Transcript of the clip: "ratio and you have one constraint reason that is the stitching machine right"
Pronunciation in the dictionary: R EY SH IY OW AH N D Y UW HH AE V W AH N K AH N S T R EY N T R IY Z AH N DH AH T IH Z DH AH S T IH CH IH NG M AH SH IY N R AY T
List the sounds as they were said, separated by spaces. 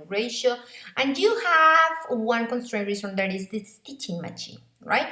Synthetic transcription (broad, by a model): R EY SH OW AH N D Y UW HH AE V W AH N K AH N S T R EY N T R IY S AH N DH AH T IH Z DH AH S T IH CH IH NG M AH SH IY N R AY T